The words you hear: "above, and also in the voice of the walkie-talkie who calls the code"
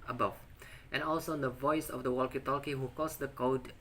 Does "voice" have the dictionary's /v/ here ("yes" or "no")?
yes